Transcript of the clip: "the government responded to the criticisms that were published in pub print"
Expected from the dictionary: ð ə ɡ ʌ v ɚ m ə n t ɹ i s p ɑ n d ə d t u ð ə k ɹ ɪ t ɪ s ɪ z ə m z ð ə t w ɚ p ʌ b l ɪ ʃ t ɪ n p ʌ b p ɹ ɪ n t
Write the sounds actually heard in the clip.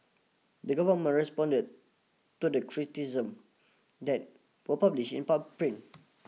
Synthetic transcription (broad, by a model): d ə ɡ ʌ v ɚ m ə n ɹ i s p ɑ n d ə d t u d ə k ɹ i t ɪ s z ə m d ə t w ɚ p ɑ b l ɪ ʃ ɪ n p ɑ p ɹ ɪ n